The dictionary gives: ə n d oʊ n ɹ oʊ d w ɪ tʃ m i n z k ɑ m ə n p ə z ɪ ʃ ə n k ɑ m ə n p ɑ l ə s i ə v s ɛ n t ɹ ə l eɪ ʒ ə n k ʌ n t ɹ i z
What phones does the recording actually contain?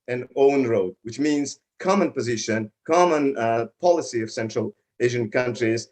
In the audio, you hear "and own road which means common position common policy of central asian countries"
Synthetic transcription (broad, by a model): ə n oʊ n ɹ oʊ d w ɪ tʃ m i n z k ɑ m ə n p ə z ɪ ʃ ə n k ɑ m ə n p ɑ l ə s i ə v s ɛ n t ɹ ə l eɪ ʒ ə n k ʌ n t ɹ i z